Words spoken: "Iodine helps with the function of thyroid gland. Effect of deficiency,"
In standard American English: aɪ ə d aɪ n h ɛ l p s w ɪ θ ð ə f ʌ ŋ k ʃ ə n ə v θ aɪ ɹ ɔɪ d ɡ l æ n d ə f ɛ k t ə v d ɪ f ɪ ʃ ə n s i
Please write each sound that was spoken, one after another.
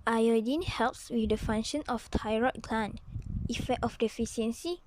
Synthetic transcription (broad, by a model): aɪ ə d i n h ɛ l p s w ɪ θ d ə f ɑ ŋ ʃ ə n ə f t aɪ ɹ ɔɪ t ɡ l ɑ n ə f ɛ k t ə f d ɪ f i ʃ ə n s i